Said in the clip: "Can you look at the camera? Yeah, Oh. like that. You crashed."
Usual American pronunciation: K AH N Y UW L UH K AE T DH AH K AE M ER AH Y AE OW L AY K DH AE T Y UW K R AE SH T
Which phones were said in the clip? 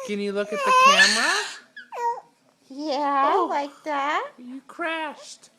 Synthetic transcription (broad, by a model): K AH N Y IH L UH K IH T DH AH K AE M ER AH Y AE L AY K DH AE T Y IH K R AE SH T